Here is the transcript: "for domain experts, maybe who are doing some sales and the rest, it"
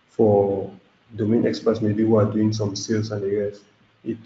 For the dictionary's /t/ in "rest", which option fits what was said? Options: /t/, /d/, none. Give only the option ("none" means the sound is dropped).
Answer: none